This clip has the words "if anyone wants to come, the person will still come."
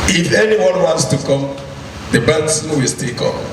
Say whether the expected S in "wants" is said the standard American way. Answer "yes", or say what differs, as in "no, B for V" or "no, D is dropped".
yes